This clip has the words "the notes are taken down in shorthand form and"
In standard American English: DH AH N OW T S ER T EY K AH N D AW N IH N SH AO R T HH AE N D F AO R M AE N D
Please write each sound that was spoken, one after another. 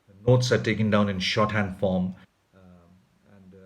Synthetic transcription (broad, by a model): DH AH N OW T S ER T EY K AH N D AW N IH N SH AO T HH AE N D F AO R M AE N D